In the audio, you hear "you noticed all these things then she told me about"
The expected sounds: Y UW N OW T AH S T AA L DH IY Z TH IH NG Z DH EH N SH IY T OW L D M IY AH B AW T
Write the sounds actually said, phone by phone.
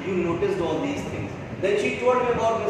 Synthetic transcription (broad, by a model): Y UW N OW T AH S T AA L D IY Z T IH NG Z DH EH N SH IY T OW D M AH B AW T